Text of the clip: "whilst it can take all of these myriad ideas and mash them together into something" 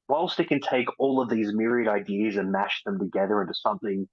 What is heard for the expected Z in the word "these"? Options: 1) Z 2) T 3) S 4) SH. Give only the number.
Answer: 1